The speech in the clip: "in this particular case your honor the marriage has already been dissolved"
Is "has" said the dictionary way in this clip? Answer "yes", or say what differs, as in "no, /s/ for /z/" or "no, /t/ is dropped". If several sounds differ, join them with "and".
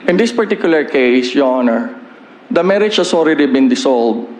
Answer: no, /s/ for /z/